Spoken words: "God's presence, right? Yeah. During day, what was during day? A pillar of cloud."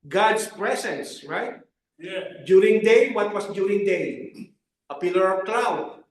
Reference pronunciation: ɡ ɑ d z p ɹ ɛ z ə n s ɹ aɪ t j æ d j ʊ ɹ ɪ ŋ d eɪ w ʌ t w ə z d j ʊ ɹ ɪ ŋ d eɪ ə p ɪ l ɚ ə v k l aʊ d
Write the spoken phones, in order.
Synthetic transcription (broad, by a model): ɡ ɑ d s p ɹ ɛ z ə n s ɹ aɪ t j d j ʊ ɹ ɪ ŋ d eɪ w ʌ t w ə s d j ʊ ɹ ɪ ŋ d eɪ ə p ɪ l ɚ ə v k l aʊ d